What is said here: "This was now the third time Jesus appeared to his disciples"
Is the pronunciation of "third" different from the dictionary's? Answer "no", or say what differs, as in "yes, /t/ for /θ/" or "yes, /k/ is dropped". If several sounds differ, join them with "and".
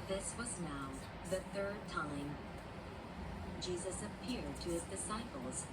no